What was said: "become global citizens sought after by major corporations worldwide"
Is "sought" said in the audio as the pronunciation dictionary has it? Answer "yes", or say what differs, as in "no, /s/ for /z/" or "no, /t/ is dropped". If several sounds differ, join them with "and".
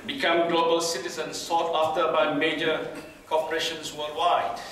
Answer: yes